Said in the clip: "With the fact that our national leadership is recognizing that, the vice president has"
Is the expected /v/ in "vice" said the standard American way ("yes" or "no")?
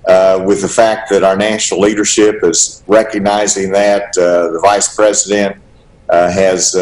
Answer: yes